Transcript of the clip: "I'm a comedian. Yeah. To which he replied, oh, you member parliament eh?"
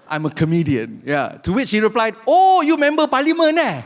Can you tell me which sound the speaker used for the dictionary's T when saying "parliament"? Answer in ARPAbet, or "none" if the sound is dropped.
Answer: none